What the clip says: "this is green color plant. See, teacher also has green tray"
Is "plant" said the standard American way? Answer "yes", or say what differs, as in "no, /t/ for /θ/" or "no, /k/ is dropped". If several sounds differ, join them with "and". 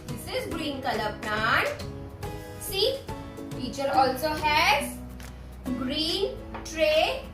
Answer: no, /n/ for /l/